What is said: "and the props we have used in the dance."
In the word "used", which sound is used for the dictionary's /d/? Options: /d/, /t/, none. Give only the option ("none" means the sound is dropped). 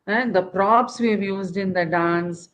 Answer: /d/